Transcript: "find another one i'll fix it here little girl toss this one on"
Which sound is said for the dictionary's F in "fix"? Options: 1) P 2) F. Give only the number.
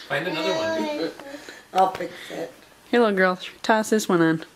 1